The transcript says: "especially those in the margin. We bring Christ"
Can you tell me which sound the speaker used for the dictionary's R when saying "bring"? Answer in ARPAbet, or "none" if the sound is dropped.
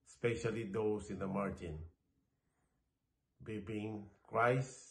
none